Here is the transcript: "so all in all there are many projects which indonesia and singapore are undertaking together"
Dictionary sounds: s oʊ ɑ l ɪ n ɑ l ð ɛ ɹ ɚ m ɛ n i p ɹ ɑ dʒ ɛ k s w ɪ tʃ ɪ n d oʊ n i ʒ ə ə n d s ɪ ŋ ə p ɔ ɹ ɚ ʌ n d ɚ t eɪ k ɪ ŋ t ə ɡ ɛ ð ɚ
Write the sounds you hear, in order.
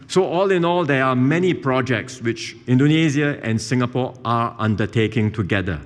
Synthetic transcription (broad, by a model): s oʊ ɑ l ɪ n ɑ l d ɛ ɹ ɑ m ɛ n i p ɹ ɑ dʒ ɛ k s w ɪ tʃ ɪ n d oʊ n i z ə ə n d s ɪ ŋ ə p ɔ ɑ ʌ n d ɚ t eɪ k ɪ ŋ t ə ɡ ɛ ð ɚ